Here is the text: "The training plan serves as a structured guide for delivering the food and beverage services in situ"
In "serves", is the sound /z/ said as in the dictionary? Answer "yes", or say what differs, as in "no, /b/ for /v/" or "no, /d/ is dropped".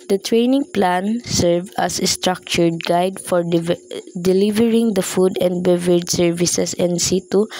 no, /z/ is dropped